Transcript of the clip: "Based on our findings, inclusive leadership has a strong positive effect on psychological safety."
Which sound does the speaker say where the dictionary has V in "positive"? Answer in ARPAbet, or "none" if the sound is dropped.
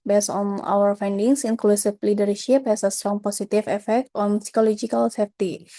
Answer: F